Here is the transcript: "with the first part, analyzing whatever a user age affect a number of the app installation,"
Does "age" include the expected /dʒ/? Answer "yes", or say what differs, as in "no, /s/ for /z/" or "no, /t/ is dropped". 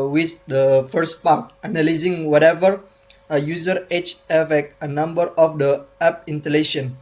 no, /tʃ/ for /dʒ/